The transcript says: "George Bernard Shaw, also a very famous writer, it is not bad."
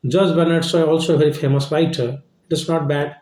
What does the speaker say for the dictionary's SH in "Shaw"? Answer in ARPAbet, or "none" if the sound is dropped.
S